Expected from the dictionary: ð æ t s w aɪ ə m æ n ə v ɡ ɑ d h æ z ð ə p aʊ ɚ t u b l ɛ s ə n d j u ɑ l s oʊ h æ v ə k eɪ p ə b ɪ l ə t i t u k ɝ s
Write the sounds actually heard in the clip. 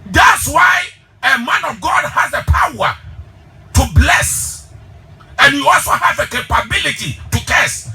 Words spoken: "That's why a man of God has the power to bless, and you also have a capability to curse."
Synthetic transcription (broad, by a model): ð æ t s w aɪ ə m æ n ə v ɡ ɑ d h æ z ð ə p aʊ ɚ t u b l ɛ s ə n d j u ɑ l s oʊ h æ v ə k eɪ p ə b ɪ l ə t i t u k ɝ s